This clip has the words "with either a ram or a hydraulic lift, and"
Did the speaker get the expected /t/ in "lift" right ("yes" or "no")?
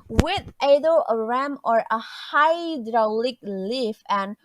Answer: no